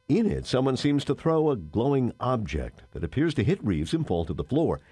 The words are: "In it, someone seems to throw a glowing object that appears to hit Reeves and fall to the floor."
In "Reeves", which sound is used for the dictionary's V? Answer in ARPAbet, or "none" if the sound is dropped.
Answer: V